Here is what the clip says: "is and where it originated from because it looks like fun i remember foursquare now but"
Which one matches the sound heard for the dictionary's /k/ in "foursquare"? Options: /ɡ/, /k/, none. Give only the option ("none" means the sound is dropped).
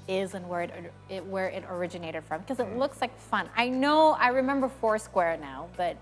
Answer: /k/